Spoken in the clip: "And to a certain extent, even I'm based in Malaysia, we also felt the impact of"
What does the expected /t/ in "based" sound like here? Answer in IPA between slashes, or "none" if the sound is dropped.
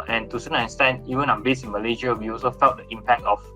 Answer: none